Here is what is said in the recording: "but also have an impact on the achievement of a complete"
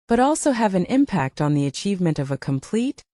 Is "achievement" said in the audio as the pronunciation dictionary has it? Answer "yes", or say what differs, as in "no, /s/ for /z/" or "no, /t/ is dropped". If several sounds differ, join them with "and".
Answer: yes